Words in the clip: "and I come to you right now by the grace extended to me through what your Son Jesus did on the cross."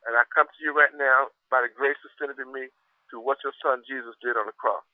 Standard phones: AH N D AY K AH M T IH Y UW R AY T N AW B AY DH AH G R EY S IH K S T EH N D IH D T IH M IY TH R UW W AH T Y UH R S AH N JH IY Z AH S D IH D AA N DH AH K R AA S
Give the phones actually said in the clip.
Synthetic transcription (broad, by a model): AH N AY K AH M T IH Y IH R AY T N AW B AY DH AH G R EY S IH S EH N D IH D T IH M IY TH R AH W AH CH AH R S AH N JH IY Z AH S D IH D N DH AH K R AA S